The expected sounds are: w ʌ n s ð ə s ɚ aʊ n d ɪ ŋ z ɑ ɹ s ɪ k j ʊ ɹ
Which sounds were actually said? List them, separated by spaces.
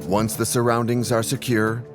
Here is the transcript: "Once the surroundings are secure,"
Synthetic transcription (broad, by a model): w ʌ n s ð ə s ɚ aʊ n d ɪ ŋ z ɑ ɹ s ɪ k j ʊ ɹ